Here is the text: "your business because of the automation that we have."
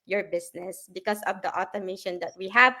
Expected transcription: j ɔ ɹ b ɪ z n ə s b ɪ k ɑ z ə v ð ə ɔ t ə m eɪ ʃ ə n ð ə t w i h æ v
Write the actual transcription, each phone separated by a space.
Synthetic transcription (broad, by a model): j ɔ ɹ b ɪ s n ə s b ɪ k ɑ s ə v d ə ɔ t ə m eɪ ʃ ə n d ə t w i h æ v